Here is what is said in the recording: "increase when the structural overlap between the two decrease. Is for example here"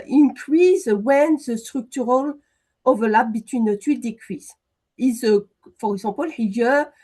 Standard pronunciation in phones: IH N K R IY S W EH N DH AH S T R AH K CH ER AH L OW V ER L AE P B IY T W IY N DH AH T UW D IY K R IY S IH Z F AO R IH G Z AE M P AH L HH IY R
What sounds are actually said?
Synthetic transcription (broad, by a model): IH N K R IY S W EH N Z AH S T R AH K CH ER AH L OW V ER L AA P B IY T W IY N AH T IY D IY K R IY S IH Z F AO R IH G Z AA P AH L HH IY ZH